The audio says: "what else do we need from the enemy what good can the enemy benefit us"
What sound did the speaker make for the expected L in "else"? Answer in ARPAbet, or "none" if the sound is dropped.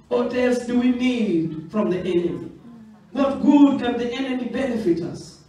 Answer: none